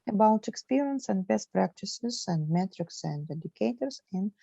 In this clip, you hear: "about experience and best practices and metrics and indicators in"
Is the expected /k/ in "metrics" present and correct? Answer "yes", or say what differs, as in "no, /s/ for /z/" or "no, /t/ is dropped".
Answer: yes